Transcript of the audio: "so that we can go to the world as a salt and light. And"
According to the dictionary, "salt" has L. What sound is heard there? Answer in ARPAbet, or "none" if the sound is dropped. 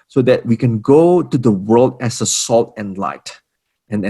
L